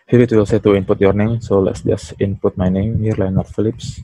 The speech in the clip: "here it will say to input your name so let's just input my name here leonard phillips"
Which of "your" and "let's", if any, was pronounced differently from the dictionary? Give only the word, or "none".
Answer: none